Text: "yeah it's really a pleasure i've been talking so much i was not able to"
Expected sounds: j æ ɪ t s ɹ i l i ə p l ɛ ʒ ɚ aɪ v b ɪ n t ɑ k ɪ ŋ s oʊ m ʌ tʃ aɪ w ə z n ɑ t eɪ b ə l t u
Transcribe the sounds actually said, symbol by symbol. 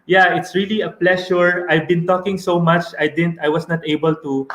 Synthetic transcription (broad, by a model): j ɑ ɪ t s ɹ i l i ə p l ɛ ʃ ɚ aɪ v b ɪ n t ɑ k ɪ ŋ s oʊ m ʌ tʃ aɪ w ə s n ɑ t eɪ b ə l t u